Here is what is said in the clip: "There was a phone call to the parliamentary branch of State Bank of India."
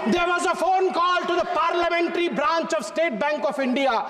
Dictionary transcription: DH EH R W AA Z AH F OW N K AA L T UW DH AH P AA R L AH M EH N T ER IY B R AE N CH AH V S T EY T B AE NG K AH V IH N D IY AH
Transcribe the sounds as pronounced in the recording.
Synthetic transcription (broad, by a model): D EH R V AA Z AH F OW N K AA L T UW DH AH P AA R L AH M EH N T ER IY B R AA N CH AH V S T EY T B AE NG K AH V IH N D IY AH